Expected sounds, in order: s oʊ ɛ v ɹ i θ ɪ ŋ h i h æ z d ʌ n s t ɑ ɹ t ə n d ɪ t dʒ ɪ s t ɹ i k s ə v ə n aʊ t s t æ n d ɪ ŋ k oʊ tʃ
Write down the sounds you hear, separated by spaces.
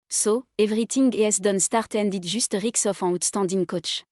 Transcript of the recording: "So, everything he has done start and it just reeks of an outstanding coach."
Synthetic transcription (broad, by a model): s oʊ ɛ v ɹ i t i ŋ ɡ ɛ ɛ s d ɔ n s t ɑ ɹ t ə n d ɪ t ʒ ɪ s t ɹ i k s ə f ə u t s t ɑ d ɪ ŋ k oʊ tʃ